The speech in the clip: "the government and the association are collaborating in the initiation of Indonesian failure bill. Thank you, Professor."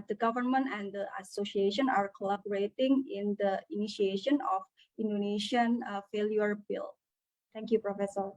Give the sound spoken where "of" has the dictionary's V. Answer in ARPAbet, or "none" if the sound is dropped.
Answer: F